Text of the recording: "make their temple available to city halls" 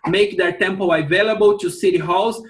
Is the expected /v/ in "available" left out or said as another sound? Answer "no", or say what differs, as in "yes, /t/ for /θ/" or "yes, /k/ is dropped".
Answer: no